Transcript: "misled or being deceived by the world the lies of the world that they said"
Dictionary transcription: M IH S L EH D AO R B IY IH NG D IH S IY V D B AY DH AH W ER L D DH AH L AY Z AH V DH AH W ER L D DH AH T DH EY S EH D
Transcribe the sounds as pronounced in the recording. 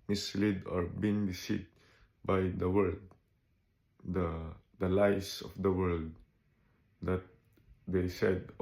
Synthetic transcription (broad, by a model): M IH S L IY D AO R B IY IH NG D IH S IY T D B AY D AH W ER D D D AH L AY S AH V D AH W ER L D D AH T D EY S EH D